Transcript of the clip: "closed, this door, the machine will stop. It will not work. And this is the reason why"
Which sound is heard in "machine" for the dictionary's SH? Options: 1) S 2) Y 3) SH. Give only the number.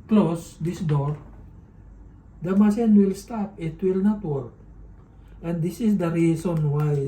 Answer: 1